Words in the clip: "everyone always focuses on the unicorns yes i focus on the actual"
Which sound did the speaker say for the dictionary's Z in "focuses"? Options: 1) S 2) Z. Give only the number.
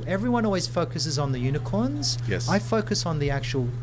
2